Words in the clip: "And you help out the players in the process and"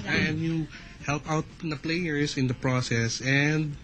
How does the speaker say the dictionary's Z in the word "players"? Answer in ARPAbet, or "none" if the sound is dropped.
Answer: S